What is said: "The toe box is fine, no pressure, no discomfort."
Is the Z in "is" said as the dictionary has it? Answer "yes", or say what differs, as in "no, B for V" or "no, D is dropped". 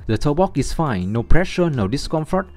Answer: no, S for Z